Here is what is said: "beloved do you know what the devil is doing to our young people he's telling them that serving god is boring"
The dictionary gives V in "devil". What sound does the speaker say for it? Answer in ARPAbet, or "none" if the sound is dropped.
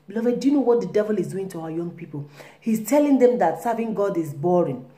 V